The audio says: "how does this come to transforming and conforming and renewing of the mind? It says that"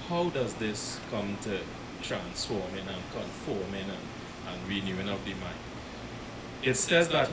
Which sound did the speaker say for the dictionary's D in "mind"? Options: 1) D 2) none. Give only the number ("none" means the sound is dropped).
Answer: 2